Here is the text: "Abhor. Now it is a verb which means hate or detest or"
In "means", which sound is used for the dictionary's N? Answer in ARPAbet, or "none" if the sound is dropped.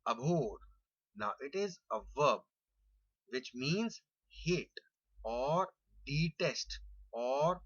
N